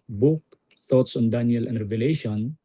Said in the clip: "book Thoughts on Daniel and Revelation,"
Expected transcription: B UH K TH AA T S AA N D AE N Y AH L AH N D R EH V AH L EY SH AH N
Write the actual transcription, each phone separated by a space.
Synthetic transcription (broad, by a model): B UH K T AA T S AA N D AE N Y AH L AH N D R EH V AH L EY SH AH N